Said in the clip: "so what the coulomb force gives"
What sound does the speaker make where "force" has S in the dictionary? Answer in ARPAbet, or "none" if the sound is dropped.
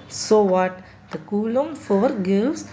none